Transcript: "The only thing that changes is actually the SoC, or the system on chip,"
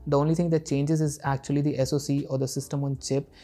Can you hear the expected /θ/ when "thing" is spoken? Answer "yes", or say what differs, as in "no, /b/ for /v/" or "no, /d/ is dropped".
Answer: no, /t/ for /θ/